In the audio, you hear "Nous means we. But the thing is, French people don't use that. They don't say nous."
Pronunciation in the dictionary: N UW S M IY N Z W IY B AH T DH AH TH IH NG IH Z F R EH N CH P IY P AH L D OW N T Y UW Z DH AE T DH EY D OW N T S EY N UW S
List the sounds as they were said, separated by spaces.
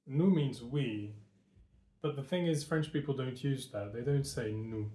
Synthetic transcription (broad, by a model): N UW M IY N Z W IY B AH T DH AH TH IH NG IH Z F R EH N CH P IY P L D OW N T Y UW Z DH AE T DH EY D OW N T S EY N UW